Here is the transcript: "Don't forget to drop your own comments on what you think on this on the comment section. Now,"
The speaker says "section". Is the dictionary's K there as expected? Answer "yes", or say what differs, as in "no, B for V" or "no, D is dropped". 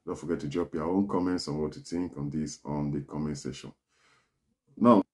no, K is dropped